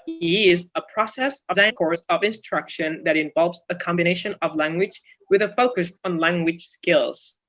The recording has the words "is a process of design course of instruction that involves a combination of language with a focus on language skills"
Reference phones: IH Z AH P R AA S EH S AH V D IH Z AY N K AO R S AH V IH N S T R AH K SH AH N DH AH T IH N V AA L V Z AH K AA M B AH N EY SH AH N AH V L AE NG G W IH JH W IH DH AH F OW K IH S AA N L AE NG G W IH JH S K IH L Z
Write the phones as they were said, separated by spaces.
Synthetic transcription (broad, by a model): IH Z AH P R AA S EH S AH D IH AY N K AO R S AH V IH N S T R AH K SH AH N DH AH T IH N V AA L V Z AH K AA M B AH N EY SH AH N AH V L AE NG G W IH JH W IH DH AH F OW K IH S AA N L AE NG G W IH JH S K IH L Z